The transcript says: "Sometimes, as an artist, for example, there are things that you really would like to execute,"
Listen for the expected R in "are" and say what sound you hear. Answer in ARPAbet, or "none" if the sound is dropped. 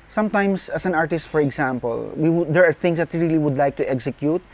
R